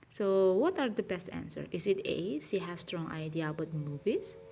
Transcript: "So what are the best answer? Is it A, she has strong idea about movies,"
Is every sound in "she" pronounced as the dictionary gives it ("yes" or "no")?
no